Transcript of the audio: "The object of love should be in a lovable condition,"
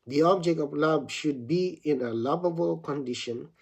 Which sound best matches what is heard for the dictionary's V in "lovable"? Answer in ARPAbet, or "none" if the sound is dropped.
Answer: B